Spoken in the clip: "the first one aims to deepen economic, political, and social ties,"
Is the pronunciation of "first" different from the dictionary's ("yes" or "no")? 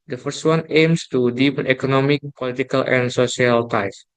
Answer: no